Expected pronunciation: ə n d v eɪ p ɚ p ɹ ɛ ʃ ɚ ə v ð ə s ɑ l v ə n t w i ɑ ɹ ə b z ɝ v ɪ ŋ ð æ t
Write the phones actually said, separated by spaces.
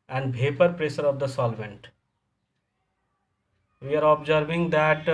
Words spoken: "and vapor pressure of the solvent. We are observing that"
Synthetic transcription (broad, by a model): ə n d b eɪ p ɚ p ɹ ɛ s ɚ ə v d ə s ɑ l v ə n t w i ɑ ɹ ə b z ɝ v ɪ ŋ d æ t